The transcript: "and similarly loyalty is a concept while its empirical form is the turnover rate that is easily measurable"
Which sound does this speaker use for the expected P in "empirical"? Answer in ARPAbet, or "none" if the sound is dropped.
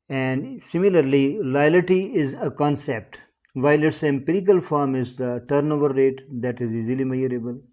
P